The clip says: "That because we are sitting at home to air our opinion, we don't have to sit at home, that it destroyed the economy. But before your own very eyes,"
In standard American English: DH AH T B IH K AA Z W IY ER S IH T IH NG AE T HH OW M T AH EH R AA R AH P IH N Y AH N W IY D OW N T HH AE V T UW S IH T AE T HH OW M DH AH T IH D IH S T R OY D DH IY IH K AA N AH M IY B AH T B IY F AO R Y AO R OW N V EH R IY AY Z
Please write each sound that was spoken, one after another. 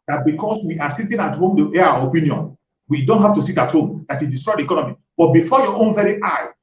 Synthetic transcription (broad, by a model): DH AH T B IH K AA S W IY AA S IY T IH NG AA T HH OW M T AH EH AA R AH P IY N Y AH N W IY D OW N T HH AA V T UW S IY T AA T HH OW M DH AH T IH D IH S T R OY D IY K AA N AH M IY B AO T B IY F AO Y AO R OW N V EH R IY AY